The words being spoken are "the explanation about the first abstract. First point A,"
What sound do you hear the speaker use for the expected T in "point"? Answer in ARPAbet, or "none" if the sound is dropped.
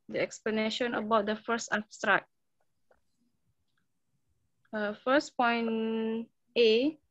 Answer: none